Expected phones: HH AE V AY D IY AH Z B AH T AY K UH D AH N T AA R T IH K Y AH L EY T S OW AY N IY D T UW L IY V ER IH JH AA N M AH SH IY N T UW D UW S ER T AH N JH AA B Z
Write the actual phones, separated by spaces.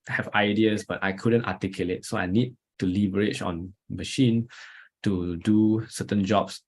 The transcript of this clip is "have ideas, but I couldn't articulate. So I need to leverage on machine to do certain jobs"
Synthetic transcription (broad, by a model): HH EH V AY D IY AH S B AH T AY K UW D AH N T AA T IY K Y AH L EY T S OW AY N IY D T UW L IY B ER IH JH AA N M AH SH IY N T UW D UW S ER T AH N JH AA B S